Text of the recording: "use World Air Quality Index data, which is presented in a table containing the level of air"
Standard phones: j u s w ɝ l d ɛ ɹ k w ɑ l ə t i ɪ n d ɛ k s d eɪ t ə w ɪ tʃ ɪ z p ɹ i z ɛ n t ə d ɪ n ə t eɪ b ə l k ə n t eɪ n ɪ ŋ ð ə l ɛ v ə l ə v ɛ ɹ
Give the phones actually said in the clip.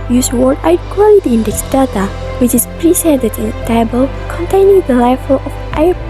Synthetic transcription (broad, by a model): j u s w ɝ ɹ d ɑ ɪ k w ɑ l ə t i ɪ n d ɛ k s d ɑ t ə w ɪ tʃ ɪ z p ɹ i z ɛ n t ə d ɪ n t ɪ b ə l k ə n t eɪ n ɪ ŋ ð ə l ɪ f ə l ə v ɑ